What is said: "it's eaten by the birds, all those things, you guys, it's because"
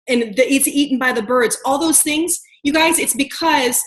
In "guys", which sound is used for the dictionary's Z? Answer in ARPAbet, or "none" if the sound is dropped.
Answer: Z